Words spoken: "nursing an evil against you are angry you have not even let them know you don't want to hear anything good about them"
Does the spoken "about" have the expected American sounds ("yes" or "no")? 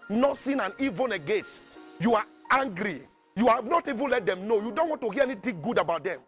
yes